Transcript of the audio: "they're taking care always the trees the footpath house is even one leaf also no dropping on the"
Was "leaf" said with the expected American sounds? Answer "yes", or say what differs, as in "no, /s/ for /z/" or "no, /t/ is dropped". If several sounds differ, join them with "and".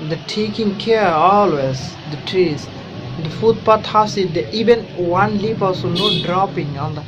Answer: no, /p/ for /f/